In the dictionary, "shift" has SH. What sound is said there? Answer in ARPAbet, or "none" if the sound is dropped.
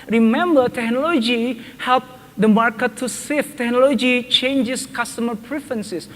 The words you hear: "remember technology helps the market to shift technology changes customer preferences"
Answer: S